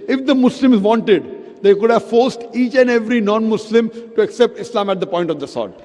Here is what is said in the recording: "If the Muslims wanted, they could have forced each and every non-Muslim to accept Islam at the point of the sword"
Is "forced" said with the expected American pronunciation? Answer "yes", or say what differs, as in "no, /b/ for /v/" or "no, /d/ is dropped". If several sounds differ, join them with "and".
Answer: yes